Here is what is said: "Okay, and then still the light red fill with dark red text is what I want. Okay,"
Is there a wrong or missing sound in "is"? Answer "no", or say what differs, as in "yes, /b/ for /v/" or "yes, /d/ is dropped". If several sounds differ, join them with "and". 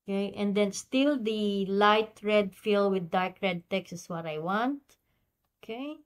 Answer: yes, /s/ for /z/